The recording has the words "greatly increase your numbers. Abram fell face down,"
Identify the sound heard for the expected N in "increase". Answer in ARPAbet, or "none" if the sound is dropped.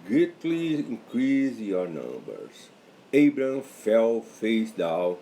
none